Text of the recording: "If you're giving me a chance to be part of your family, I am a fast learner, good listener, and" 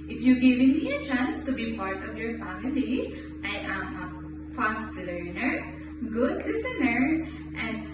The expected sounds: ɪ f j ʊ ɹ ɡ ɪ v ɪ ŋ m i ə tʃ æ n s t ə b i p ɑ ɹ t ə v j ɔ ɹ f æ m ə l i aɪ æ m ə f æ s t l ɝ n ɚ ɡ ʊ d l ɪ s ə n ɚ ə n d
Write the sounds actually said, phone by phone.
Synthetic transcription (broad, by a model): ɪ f j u ɡ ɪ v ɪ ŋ m i ə tʃ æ n s t ə b i p ɑ ɹ t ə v j ɔ ɹ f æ m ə l i aɪ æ m ə p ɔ s t l ɝ n ɚ ɡ ʊ d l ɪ s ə n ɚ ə n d